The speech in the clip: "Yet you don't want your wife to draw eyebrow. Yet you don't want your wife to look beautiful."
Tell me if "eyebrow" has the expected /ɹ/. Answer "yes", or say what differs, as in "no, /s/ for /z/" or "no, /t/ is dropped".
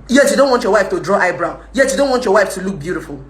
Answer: yes